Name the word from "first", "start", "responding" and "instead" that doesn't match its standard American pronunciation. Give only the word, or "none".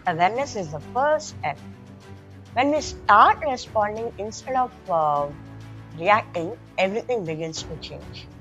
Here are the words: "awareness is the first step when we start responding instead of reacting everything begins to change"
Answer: first